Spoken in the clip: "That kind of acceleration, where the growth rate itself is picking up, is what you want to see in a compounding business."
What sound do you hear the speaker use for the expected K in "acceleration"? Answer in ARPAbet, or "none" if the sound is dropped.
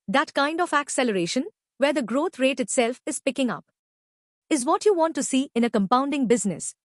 K